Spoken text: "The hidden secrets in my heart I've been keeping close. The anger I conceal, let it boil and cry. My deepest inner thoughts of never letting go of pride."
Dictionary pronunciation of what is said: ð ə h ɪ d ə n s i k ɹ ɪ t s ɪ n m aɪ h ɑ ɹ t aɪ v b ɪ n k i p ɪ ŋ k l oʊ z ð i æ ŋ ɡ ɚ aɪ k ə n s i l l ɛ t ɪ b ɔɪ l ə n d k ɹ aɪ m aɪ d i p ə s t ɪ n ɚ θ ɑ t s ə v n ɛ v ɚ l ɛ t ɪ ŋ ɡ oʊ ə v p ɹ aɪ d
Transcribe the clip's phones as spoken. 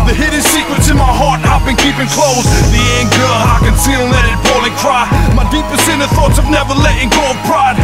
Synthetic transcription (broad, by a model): ð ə h ɪ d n s i k ɹ ɪ t s ɪ n m aɪ h ɑ ɹ t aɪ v b ɪ n k i p ɪ ŋ k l oʊ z ð i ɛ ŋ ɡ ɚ aɪ k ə n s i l n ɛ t ɪ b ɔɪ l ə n k ɹ aɪ m aɪ d i p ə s ɪ n ɚ θ ɑ t s ə v n ɛ v ɚ l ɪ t ɪ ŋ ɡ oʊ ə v p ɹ aɪ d